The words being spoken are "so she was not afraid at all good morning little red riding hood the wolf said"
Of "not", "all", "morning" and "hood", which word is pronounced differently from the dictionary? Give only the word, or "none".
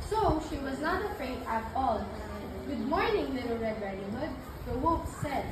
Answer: none